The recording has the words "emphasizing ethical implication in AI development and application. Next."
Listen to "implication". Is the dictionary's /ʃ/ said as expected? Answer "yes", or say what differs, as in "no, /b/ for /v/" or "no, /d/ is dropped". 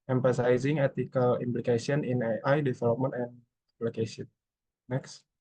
no, /s/ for /ʃ/